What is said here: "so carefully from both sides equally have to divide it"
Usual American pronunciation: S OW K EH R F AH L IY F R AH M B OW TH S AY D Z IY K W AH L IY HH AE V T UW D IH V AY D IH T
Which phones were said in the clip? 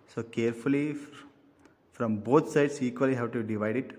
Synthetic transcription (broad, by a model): S OW K EH R F AH L IY F R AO M B OW T S AY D S IY K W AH L IY HH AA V T UW D IH V AY D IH T